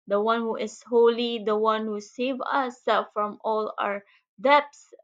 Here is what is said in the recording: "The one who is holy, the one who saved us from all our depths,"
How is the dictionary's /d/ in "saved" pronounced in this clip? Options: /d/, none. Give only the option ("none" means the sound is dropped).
none